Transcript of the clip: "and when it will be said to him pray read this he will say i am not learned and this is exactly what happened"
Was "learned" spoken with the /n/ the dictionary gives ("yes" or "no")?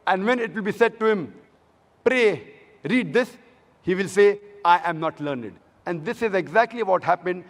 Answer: yes